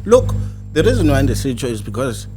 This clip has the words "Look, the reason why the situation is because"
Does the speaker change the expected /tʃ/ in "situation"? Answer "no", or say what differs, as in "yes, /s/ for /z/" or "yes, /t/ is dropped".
yes, /s/ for /tʃ/